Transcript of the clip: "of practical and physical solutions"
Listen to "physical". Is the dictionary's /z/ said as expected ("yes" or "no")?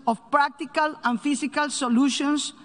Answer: no